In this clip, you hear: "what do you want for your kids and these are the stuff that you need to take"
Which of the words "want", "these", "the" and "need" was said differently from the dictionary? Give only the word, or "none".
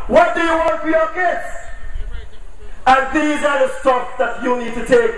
none